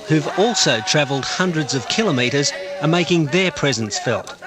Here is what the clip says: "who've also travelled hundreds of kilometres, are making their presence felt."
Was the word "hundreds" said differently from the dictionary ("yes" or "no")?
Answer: no